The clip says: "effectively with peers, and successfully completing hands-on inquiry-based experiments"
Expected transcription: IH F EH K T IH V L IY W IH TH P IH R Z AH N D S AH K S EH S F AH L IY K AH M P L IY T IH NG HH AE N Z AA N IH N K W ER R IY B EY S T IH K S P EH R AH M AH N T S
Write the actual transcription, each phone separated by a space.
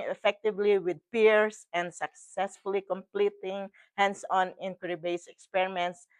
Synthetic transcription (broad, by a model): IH F EH K T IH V L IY W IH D P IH R S AH N D S AH K S EH S F AH L IY K AH M P L IY T IH NG HH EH N S AA N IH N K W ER R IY B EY S IH K S P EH R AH M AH N T S